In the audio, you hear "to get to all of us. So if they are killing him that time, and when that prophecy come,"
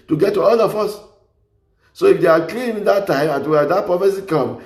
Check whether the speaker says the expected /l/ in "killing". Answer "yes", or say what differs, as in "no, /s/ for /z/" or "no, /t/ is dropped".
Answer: no, /n/ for /l/